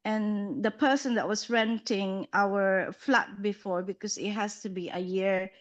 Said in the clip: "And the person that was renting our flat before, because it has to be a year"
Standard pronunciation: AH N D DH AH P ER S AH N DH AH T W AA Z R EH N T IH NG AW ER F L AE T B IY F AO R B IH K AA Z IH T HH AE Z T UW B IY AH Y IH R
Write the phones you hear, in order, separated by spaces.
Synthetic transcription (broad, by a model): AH N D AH P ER S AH N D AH T W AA S R EH N T IH NG AW ER F L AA T B IY F AO R B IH K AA S IH T HH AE S T UW B IY AH Y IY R